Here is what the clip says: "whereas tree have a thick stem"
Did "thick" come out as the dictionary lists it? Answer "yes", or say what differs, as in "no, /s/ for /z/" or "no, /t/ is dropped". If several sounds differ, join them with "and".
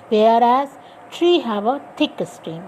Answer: no, /t/ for /θ/